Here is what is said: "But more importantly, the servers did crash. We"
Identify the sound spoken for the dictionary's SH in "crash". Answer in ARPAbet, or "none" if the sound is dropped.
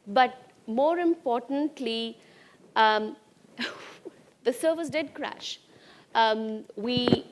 SH